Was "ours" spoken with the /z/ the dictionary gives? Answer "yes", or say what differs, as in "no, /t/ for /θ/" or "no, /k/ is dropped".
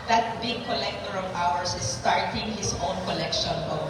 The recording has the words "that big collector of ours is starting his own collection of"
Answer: no, /s/ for /z/